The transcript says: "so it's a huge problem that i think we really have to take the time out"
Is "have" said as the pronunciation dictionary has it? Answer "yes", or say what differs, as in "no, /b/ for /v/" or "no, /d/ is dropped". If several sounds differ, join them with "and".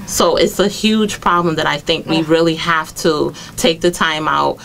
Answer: no, /f/ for /v/